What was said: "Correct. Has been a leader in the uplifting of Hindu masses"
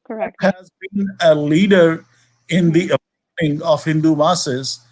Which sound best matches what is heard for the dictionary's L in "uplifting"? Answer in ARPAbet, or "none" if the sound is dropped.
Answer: none